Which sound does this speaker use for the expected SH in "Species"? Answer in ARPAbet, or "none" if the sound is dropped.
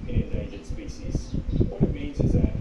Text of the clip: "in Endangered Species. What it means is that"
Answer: S